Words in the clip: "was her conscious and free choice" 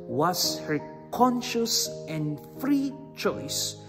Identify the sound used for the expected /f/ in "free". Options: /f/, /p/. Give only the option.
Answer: /f/